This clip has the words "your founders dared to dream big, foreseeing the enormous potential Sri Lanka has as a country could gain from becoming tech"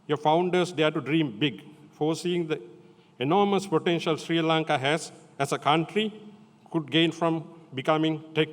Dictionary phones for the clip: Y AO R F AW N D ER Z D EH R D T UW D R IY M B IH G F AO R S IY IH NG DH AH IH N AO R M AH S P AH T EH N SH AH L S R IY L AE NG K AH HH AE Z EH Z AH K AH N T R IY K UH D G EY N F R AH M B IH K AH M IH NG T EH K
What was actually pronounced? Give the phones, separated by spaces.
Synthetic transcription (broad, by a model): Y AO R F AW N D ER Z D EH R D T UW D R IY M B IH G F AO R S IY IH NG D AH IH N AO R M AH S P AH T EH N SH AH L S R IY L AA NG K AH HH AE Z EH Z AH K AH N T R IY K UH D G EY N F R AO M B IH K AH M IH NG T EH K